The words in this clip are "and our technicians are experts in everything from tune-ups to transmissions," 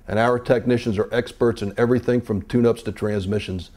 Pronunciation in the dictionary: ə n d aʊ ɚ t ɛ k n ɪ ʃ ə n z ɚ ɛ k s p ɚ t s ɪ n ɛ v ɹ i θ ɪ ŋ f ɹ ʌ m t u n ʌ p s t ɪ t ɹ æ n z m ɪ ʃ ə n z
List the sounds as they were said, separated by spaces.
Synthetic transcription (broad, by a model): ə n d aʊ ɚ t ɛ k n ɪ ʃ ə n z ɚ ɛ k s p ɚ t s ɪ n ɛ v ɹ i θ ɪ ŋ f ɹ ʌ m t u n ʌ p s t ɪ t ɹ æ n z m ɪ ʃ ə n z